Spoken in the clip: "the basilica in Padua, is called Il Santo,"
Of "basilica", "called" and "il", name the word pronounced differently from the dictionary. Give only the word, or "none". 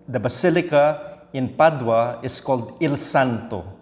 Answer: none